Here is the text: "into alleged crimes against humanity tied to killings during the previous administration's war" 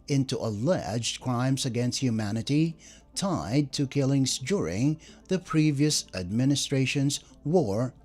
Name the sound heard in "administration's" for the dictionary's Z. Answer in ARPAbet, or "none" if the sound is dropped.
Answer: Z